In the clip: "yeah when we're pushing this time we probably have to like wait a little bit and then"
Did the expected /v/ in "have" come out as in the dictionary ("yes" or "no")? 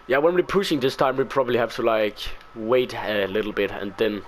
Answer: no